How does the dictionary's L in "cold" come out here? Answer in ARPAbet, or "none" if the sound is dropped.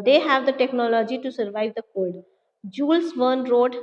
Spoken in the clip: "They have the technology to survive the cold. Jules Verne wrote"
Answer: none